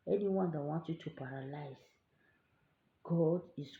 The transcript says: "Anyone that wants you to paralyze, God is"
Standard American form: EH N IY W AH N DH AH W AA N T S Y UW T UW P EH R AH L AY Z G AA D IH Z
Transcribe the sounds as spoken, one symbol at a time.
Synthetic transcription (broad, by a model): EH N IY W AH N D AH W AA N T Y UW T UW P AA R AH L AY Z G AA D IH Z